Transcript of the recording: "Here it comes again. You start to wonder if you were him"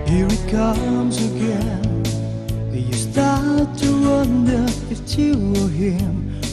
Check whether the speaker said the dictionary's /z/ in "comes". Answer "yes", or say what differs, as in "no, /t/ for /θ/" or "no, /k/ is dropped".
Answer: yes